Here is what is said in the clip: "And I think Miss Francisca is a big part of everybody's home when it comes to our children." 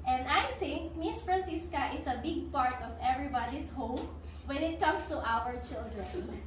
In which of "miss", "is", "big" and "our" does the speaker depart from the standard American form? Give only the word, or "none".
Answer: is